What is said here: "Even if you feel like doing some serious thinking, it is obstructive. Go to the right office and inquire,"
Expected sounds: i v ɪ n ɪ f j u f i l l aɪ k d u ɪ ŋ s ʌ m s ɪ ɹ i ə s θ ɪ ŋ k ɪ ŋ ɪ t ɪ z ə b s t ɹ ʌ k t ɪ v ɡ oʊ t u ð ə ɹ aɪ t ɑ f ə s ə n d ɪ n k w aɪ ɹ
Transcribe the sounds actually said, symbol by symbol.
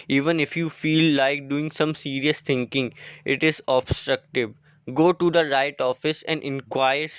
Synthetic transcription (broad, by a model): i v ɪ n ɪ f j u f i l l aɪ k d u ɪ ŋ s ʌ m s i ɹ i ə s t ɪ ŋ k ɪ ŋ ɪ t ɪ z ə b s t ɹ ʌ k t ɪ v ɡ oʊ t u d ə ɹ aɪ t ɑ f ə s ə n d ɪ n k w aɪ ɹ